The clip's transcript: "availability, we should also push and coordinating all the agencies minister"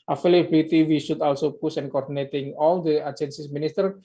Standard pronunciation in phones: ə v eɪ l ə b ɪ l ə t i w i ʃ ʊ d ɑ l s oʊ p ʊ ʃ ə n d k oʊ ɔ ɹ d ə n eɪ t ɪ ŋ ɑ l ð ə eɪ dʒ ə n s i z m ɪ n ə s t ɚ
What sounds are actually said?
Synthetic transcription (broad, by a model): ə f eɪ l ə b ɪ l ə t i w i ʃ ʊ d ɑ l s oʊ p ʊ s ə n k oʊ ɔ ɹ d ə n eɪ t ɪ ŋ ɑ l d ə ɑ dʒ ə n s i s m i n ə s t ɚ